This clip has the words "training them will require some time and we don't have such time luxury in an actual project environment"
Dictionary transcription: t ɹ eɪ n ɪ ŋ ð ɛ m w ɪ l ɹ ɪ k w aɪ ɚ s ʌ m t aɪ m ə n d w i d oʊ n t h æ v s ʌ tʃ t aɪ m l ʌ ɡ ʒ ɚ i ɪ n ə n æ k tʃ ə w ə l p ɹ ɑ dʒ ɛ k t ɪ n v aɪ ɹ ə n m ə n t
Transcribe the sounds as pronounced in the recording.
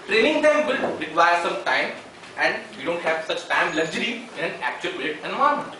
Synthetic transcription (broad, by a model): t ɹ eɪ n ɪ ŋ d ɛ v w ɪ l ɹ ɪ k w aɪ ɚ s ʌ m t aɪ m ə n d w i d oʊ n t h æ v s ʌ tʃ t aɪ m l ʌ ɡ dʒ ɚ i ɪ n ə n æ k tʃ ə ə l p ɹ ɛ ɛ t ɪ n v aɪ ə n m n